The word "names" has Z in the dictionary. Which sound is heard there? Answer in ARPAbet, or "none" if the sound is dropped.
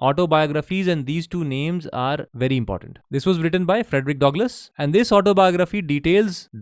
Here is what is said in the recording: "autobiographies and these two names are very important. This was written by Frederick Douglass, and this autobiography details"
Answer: Z